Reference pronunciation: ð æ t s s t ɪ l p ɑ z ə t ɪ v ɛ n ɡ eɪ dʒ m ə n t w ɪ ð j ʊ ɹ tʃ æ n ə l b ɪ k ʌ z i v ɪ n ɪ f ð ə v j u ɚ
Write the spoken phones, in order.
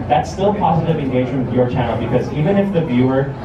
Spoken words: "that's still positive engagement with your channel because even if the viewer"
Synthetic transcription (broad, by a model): ð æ t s s t ɪ l p ɑ z ə t ɪ v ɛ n ɡ eɪ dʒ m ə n w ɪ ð j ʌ ɹ tʃ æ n l b ɪ k ʌ z i v ɪ n ɪ f ð ə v j u ɚ